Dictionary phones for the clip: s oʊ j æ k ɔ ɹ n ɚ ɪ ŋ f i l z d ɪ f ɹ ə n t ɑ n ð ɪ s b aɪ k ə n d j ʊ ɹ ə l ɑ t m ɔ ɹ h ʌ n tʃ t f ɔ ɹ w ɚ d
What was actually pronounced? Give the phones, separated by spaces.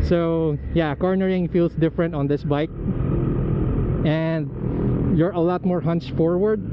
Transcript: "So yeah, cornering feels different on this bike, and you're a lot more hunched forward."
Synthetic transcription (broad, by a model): s oʊ j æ k ɔ ɹ n ɚ ɪ ŋ f i l s d ɪ f ɹ ə n t ɑ n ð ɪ s b aɪ k ə n d j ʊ ɹ ə l ɑ t m ɔ ɹ h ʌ n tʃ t f ɔ ɹ w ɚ d